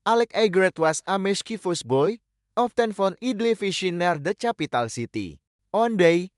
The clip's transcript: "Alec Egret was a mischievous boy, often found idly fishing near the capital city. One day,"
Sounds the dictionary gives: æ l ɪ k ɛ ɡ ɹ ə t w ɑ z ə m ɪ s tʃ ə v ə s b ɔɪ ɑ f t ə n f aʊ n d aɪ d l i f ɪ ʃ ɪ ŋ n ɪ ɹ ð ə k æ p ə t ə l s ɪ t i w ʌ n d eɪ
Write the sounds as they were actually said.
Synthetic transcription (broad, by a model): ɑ l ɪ k ɛ ɡ ɹ ə t w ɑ s ə m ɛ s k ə f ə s b ɔɪ ɑ f t ə n f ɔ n i d l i f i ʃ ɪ n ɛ ɹ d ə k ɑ p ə t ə l s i t i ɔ n d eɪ